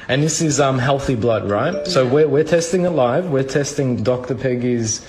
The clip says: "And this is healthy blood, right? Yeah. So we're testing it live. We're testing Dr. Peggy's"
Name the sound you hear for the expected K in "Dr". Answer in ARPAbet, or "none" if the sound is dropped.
K